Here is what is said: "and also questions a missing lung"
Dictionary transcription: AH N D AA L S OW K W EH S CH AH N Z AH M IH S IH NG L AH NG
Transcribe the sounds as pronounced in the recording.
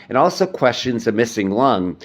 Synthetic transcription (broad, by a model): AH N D AA L S OW K W EH S CH AH N Z AH M IH S IH NG L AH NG